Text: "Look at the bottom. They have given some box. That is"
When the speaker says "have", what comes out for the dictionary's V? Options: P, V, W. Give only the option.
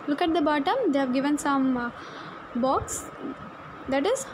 V